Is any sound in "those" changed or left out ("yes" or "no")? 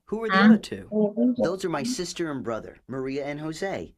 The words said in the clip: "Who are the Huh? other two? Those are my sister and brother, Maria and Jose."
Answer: no